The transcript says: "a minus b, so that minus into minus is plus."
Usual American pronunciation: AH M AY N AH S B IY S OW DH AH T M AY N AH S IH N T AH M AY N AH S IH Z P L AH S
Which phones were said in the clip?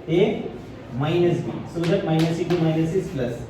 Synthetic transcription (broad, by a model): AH M AY N AH S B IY S OW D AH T M AY N AH S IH T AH M AY N AH S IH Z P L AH S